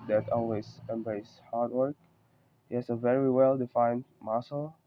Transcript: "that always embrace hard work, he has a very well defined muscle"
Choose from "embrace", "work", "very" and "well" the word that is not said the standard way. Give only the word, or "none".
none